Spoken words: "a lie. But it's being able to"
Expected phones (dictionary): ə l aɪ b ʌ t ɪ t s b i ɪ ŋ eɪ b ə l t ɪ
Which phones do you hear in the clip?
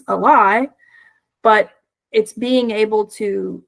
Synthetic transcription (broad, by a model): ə w aɪ b ʌ t ɪ t s b i ɪ ŋ eɪ b l t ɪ